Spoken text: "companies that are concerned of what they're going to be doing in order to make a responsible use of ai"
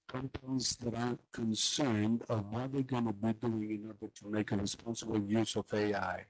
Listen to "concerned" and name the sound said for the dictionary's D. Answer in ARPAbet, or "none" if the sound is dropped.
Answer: D